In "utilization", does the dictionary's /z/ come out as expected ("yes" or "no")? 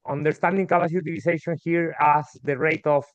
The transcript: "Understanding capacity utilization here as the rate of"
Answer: no